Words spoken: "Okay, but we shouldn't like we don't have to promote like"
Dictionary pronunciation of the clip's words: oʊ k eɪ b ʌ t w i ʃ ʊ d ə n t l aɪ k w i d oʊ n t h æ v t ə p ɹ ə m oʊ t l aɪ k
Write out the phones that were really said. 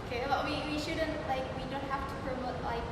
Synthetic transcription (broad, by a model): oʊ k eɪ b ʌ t w i ʃ ʊ d ə n t l aɪ k w i d oʊ n t h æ f t ə p ɹ ə m oʊ t l aɪ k